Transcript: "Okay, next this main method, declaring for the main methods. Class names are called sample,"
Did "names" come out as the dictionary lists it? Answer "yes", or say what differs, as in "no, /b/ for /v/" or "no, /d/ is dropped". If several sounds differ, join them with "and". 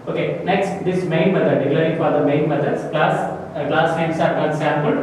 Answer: no, /l/ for /n/